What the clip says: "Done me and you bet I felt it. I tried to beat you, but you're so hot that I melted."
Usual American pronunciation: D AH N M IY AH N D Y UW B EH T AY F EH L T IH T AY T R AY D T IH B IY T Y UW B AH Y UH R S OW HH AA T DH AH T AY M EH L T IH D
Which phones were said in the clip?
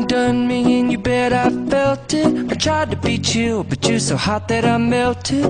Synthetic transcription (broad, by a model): D AH N M IY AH N Y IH B EH T AY F EH L T IH T AY T R AY D T IH B IY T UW B AH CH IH S OW HH AA T DH AH T AY M EH L T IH